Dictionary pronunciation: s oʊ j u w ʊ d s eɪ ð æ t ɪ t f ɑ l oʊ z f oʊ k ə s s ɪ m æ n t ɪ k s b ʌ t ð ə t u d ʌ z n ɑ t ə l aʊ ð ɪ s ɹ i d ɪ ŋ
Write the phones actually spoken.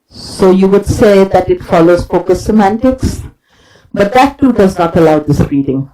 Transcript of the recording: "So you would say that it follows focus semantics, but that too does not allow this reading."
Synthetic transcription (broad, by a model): s oʊ j u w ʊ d s eɪ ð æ t ɪ t f ɑ l oʊ z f oʊ k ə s s ɪ m æ n t ɪ k s b ʌ t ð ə t u d ʌ z n ɑ t ə l aʊ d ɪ s ɹ i d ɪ ŋ